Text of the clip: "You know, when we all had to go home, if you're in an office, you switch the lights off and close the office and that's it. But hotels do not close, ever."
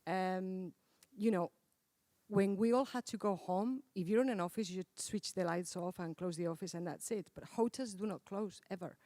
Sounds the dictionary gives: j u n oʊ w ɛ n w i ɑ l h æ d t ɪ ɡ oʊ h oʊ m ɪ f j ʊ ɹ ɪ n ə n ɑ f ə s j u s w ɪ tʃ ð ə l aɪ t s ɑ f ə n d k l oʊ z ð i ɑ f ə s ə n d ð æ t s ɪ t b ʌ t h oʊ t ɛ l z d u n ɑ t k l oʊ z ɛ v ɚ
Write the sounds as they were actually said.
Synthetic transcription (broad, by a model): j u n oʊ w ɛ n w i ɑ l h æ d t ɪ ɡ oʊ h oʊ m ɪ f j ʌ ɹ ɪ n ə n ɑ f ə s j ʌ s w ɪ tʃ ð ə l aɪ t s ɑ f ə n k l oʊ z ð i ɑ f ə s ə n ð æ t s ɪ t b ʌ t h oʊ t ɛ z d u n ɑ t k l oʊ z ɛ v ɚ